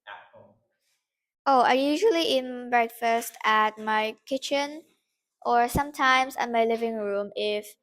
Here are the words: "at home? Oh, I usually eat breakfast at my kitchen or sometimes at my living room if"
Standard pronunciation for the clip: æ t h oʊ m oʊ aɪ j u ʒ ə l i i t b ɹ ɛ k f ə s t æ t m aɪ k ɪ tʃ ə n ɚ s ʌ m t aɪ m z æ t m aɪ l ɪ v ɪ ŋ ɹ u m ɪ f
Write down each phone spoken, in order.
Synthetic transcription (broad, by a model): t oʊ ʊ aɪ j u ʒ ə l i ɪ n b ɹ ɛ k f ə s t æ t m aɪ k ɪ tʃ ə n ɚ s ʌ m t aɪ m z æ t m aɪ l ɪ v ɪ ŋ ɹ u m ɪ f